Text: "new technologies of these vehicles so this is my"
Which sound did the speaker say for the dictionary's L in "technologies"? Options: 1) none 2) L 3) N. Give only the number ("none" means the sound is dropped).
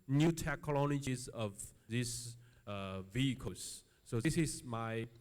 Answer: 3